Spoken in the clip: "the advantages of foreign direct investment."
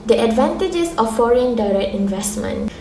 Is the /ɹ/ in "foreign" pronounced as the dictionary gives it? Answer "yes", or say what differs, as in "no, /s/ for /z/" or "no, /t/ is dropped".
yes